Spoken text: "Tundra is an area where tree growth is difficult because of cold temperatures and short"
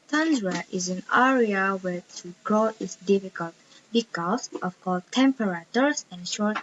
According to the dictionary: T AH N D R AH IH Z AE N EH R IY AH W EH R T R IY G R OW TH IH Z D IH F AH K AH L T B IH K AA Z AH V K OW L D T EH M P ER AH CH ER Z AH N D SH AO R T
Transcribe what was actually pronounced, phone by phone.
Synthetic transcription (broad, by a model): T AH N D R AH IH Z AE N EH R IY AH W EH R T IY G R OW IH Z D IH F AH K AH L T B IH K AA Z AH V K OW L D T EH M P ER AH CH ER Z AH N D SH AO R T